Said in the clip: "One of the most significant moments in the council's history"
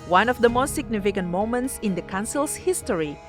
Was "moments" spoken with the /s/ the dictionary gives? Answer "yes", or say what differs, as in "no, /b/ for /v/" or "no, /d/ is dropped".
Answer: yes